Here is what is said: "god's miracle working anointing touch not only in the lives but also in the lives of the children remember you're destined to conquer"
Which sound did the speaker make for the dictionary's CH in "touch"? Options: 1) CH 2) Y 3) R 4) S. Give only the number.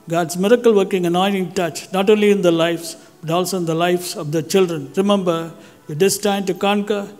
1